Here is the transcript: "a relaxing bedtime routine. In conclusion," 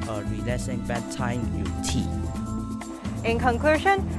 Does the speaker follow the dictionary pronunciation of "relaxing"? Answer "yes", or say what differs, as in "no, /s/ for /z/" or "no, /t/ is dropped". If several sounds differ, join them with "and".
no, /k/ is dropped